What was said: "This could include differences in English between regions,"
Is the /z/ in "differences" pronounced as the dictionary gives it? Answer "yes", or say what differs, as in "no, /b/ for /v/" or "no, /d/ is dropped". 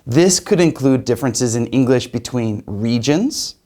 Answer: yes